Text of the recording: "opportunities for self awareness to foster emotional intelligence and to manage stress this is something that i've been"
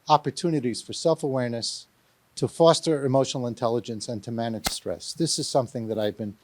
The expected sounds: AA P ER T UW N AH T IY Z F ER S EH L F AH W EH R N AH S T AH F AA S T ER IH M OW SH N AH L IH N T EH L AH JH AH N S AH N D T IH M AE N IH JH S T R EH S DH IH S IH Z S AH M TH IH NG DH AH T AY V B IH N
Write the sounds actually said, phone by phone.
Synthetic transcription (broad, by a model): AA P ER T UW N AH T IY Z F ER S EH L F AH W EH R N AH S T AH F AA S T ER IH M OW SH N L IH N T EH L AH JH AH N S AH N T IH M AE N IH JH S T R EH S DH IH S IH Z S AH M TH IH NG DH AH T AY V B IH N